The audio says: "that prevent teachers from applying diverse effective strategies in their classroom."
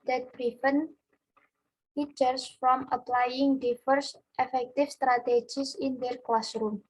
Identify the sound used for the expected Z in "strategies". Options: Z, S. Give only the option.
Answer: S